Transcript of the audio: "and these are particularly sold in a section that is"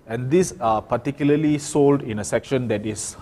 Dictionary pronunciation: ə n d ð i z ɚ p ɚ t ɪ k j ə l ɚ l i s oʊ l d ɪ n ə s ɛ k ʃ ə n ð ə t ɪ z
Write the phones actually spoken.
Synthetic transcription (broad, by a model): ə n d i s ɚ p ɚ t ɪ k j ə l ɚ l i s oʊ l d ɪ n ə s ɛ k ʃ ə n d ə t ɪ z